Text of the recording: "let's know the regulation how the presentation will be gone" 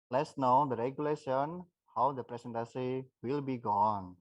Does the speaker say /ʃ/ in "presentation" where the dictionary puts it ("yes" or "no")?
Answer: no